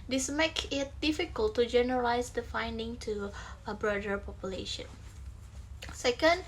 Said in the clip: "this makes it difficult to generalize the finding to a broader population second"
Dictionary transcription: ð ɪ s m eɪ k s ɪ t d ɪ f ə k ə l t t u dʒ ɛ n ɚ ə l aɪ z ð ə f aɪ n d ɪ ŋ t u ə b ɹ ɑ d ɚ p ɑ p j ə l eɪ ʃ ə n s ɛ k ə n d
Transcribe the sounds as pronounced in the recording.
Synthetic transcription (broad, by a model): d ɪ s m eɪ k ɪ t d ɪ f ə k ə l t t u dʒ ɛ n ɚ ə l aɪ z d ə f aɪ n d ɪ ŋ t u ə b ɹ ɑ d ɚ p ɑ p j ə l eɪ ʃ ə n s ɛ k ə n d